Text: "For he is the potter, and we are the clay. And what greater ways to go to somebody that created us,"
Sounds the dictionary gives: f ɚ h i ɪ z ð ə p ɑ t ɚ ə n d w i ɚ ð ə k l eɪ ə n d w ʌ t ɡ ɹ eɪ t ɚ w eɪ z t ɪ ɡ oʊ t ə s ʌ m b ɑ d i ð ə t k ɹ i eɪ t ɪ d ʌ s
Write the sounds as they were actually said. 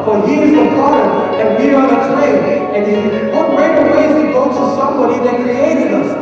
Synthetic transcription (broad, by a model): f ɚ h i ɪ z ð ə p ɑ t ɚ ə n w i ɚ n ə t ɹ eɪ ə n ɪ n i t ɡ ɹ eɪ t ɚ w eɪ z t ɪ ɡ oʊ t ə s ʌ m b ɑ d i ð ə t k i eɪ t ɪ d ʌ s